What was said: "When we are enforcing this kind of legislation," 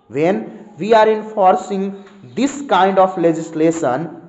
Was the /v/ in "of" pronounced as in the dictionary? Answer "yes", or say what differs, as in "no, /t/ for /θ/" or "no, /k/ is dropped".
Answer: no, /p/ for /v/